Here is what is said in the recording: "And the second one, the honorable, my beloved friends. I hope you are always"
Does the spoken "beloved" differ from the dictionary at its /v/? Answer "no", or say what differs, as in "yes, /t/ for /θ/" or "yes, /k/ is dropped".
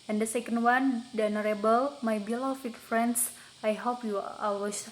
yes, /f/ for /v/